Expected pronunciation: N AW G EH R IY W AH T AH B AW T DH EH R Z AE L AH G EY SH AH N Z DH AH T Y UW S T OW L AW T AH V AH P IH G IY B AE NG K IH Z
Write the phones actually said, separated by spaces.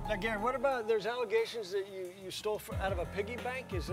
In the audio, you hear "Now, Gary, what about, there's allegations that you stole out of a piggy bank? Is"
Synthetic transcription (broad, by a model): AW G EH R W AH T AH B AW T DH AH R Z AE L AH G EY SH AH N Z DH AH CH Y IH S T OW L AW T AH V AH P IH G IY B AE NG K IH Z